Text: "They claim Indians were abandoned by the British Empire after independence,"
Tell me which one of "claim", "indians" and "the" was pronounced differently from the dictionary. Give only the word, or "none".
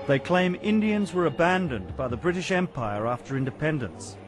none